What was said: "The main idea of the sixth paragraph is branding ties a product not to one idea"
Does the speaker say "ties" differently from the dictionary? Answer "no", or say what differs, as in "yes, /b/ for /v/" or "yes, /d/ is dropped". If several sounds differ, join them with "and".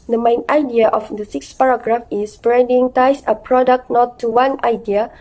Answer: yes, /s/ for /z/